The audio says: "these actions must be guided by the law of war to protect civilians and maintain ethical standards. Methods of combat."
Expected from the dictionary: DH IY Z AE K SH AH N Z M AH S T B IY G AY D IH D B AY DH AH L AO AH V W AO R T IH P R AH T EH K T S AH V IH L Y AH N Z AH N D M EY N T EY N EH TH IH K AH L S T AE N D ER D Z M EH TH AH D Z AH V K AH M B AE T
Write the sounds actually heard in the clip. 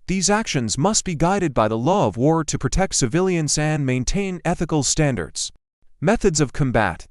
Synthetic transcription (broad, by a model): DH IY Z AE K SH AH N Z M AH S T B IY G AY D IH D B AY DH AH L AO AH V W AO R T IH P R AH T EH K T S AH V IH L Y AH N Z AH N M EY N T EY N EH TH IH K L S T AE N D ER D Z M EH TH AH D Z AH V K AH M B AE T